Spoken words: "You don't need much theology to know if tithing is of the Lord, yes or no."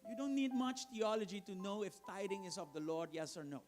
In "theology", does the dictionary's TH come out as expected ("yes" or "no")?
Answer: no